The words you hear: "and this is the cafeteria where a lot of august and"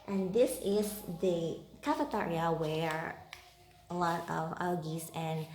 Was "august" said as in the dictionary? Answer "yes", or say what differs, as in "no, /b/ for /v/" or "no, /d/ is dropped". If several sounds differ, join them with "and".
no, /t/ is dropped